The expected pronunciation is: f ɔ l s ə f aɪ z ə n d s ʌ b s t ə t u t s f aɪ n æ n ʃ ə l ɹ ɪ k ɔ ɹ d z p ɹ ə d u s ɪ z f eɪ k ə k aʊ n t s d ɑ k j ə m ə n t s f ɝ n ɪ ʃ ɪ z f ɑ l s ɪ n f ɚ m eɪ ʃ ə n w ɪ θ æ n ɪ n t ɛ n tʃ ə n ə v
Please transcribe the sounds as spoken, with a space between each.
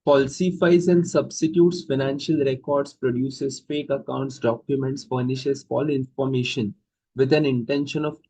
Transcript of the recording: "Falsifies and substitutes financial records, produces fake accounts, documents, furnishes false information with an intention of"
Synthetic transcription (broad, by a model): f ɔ l s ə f aɪ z ə n d s ʌ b s t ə t u t s f aɪ n æ n ʃ ə l ɹ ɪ k ɔ ɹ d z p ɹ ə d u s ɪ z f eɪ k ə k aʊ n t s d ɑ k j ə m ə n t s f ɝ n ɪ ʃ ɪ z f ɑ l ɪ n f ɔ m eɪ ʃ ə n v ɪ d æ n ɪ n t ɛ n ʃ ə n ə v